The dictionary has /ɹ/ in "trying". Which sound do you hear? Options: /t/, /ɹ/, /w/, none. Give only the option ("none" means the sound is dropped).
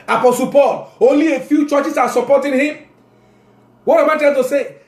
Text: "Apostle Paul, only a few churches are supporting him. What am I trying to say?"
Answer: none